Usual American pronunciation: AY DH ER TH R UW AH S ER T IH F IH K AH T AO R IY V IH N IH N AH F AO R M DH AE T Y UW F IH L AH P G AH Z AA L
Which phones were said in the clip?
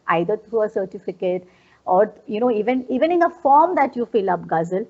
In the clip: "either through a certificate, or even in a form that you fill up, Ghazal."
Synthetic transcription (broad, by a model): AY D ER T R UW AH S ER T IH F IH K AH T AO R IY V IH N IH N AH F AO R M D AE T Y UW F IH L AH P G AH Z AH L